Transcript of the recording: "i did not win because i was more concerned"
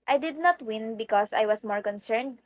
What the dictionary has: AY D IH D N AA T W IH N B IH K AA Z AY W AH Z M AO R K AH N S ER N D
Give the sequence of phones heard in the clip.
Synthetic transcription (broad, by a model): AY D IH D N AA T W IH N B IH K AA S AY W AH S M AO R K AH N S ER N D